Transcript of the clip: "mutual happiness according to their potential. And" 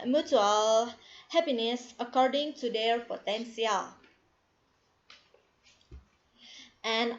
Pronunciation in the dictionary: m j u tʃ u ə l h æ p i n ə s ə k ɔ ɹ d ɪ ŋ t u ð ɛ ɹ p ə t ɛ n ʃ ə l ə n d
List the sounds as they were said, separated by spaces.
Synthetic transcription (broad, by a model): m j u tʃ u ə l h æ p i n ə s ə k ɔ ɹ d ɪ ŋ t u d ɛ ɹ p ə t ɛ n s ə l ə n